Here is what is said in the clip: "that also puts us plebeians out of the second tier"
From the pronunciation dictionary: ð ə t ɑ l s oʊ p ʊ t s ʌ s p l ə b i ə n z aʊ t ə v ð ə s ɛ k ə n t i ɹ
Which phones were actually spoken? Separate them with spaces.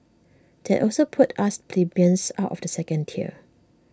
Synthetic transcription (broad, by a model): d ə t ɑ l s oʊ p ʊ t ɑ s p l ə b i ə n s aʊ t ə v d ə s ɛ k ə n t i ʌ